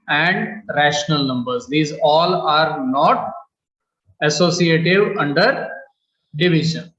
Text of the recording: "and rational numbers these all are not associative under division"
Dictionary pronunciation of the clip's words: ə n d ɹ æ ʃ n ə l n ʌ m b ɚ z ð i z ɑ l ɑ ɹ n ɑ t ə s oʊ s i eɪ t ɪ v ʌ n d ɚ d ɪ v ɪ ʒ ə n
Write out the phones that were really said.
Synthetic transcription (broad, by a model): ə n d ɹ æ ʃ n ə l n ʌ m b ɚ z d i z ɑ l ɑ ɹ n ɑ t ə s oʊ s i eɪ t ɪ v ʌ n d ɚ d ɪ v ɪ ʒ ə n